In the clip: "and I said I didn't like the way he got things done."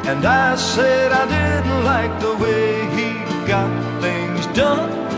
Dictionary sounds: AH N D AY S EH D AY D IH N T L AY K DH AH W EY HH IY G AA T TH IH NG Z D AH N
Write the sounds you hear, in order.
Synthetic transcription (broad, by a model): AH N AY S EH D AY D IH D L AY K DH AH W EY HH IY G AA T TH IH NG Z D AH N